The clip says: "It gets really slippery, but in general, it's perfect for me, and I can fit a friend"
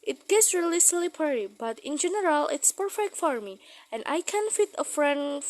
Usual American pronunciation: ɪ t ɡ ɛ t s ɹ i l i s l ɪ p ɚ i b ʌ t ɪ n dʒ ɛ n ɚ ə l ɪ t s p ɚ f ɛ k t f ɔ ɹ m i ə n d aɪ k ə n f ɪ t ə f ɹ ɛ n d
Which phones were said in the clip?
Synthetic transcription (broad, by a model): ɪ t ɡ ɛ t s ɹ i l i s l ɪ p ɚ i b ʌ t ɪ n dʒ ɛ n ɚ ə l ɪ t s p ɚ f ɛ k t f ɔ ɹ m i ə n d aɪ k ə n f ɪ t ə f ɹ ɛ n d